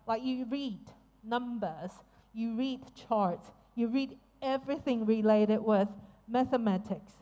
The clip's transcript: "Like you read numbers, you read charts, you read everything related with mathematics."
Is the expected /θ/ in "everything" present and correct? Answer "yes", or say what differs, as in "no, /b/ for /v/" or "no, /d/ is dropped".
yes